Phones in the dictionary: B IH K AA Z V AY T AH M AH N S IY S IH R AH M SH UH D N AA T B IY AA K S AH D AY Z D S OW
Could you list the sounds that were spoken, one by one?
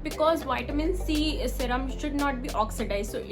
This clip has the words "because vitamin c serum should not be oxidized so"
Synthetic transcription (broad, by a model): B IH K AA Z V AY T AH M AH N S IY S IH R AH M SH UH D N AA T B IY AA K S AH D AY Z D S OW